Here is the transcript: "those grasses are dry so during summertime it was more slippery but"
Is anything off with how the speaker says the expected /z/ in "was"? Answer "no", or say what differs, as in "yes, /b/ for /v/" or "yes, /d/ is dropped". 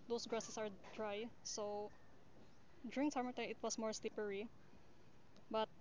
yes, /s/ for /z/